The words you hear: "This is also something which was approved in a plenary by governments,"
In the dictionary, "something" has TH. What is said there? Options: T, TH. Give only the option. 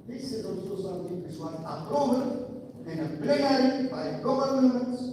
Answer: T